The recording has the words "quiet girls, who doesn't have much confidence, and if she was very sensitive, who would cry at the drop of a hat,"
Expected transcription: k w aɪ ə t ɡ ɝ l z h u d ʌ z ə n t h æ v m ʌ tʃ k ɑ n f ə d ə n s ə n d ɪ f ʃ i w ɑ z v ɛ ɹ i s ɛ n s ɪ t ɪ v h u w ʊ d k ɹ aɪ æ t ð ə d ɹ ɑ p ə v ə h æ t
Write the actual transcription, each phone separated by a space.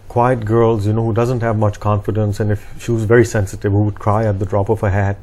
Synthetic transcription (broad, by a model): k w aɪ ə t ɡ ɝ l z h u d ʌ z ə n t h æ v m ʌ tʃ k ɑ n f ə d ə n s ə n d ɪ f ʃ i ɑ z v ɛ ɹ i s ɛ n s ɪ t ɪ v h u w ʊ d k ɹ aɪ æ t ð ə d ɹ ɑ p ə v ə h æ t